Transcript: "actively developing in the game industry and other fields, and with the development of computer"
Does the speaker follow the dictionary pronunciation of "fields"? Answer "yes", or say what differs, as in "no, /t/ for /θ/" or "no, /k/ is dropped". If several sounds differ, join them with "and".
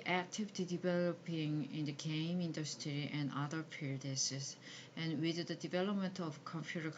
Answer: no, /p/ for /f/ and /s/ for /z/